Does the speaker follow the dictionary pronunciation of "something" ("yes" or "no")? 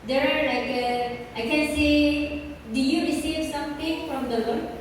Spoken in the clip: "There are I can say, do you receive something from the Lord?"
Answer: no